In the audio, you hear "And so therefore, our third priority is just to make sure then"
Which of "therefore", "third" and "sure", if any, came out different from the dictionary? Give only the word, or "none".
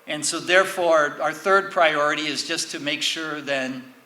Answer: none